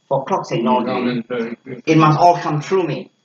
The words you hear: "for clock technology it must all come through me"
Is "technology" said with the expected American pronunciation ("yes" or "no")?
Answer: no